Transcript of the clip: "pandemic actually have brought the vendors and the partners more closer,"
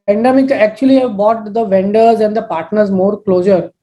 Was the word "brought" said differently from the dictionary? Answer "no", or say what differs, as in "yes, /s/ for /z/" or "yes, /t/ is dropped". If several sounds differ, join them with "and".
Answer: yes, /ɹ/ is dropped